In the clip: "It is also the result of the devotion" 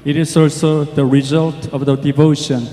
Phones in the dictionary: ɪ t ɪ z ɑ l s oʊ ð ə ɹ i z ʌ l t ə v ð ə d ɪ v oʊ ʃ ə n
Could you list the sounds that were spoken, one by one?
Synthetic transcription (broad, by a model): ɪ t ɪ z ɑ l s oʊ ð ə ɹ i z ʌ l t ə v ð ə d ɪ v oʊ ʃ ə n